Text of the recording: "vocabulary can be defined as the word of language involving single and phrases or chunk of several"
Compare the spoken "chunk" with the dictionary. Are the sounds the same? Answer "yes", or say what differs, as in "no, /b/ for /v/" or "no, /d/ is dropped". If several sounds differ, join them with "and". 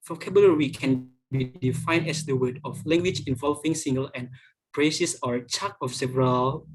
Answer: no, /ŋ/ is dropped